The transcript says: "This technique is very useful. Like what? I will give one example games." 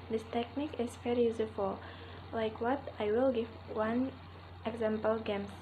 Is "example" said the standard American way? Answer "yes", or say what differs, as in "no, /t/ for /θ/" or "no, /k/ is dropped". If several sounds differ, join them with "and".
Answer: yes